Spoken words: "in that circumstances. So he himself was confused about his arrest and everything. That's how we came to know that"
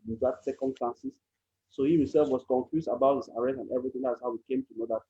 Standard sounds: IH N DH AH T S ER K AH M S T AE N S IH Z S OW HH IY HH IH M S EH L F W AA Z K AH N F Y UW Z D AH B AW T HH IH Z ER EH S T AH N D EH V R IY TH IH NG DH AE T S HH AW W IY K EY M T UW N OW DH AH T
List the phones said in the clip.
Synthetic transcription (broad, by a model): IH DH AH T S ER K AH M S T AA N S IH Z S OW HH IY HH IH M S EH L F W AA S K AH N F Y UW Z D AH B AW T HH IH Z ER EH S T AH N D EH V R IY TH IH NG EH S HH AW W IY K EY M T UW N OW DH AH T